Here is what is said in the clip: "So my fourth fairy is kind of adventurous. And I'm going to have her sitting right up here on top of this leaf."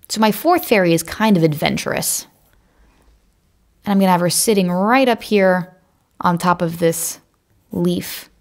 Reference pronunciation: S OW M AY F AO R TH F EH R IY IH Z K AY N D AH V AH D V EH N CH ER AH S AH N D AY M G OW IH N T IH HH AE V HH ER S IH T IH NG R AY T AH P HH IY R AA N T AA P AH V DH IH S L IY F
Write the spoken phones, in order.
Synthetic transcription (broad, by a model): S OW M AY F AO R TH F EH R IY IH Z K AY N D AH V AH D V EH N CH ER AH S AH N AY M G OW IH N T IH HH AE V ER S IH T IH NG R AY T AH P HH IY R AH N T AA P AH V DH IH S L IY F